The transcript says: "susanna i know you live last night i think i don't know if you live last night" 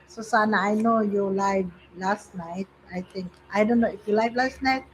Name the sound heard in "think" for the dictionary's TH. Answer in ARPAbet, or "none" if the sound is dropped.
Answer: T